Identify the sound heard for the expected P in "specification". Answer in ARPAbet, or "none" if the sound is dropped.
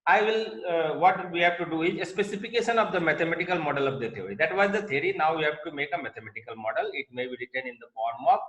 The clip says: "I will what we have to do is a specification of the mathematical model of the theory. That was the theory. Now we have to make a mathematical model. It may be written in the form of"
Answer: P